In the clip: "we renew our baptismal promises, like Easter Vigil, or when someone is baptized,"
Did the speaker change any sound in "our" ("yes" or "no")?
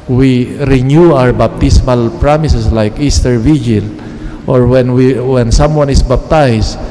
no